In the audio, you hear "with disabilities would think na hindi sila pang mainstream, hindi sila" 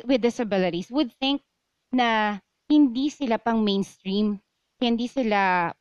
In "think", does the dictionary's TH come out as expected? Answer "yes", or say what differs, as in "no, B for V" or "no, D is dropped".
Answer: yes